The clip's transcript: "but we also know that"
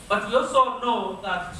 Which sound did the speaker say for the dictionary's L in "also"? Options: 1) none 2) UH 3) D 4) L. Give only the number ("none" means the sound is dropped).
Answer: 1